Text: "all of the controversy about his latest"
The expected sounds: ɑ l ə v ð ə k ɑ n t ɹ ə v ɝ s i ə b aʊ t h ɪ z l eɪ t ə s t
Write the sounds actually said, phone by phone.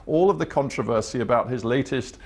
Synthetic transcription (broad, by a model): ɑ l ə v ð ə k ɑ n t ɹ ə v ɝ s i ə b aʊ t h ɪ z l eɪ t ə s t